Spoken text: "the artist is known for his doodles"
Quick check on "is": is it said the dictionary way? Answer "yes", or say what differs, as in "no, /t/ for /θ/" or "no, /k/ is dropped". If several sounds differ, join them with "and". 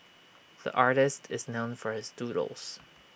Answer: yes